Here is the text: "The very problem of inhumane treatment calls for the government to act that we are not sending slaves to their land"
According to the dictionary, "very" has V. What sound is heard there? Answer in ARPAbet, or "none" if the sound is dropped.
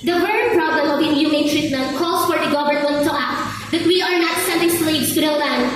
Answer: W